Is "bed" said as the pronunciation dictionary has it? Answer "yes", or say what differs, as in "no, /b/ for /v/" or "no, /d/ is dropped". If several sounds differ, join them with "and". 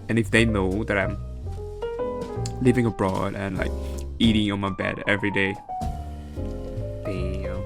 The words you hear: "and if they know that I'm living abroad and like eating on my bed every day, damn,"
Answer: yes